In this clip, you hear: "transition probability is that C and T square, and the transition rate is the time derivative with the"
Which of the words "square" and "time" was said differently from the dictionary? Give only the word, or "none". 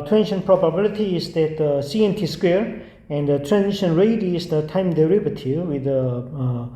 none